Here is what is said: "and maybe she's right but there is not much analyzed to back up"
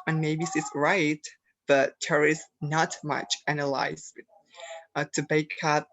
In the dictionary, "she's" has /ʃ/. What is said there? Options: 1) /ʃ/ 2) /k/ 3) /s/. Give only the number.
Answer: 3